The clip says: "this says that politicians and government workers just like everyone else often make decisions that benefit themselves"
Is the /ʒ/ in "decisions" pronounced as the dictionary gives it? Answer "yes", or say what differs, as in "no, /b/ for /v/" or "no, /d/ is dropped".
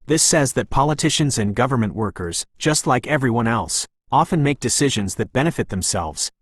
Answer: yes